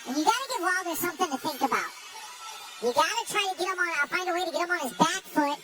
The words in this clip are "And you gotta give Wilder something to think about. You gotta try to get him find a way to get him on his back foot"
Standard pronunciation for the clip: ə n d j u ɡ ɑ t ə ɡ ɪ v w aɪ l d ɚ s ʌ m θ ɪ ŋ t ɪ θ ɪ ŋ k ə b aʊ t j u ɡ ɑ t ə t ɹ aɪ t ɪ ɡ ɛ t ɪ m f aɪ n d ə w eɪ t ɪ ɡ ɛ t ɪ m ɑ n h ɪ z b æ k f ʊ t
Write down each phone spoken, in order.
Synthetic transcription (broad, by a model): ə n j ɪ ɡ ɑ t ə ɡ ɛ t w aɪ l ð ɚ s ʌ m θ ɪ ŋ t ɪ θ ɪ ŋ k ə b aʊ t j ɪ ɡ ɑ t ə t ɹ aɪ t ɪ ɡ ɛ t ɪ m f aɪ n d ə w eɪ t ɪ ɡ ɛ t ɪ m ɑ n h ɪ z b æ k f ʊ t